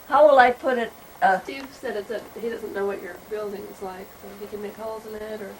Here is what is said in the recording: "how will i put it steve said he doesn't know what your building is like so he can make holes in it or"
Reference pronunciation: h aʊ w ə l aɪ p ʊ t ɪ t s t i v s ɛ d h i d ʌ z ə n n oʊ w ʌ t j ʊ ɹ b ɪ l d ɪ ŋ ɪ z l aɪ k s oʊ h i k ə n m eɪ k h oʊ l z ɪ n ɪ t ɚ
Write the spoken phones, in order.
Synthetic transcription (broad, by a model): h aʊ w ə l aɪ p ʊ t ɪ t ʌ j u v s ɛ d h i d ʌ z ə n n oʊ w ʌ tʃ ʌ ɹ b ɪ l d ɪ ŋ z l aɪ k s oʊ h i k ə n m eɪ k h oʊ l z ɪ n ɪ t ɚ